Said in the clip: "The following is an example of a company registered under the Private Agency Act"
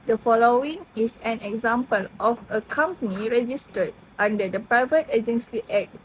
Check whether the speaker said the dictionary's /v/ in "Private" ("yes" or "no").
yes